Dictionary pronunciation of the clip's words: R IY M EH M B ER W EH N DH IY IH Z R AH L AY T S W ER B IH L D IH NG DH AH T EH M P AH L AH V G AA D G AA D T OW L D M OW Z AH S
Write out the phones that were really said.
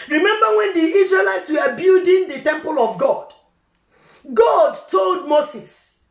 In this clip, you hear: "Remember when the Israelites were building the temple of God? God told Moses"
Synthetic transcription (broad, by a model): R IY M EH M B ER W EH N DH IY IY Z R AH L AY T S W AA B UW D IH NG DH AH T EH M P AH L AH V G AA D G AA D T OW L D M OW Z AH S